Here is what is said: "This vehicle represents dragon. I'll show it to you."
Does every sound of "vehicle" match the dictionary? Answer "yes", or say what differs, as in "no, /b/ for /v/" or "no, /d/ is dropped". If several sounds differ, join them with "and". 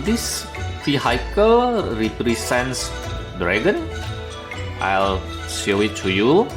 no, /f/ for /v/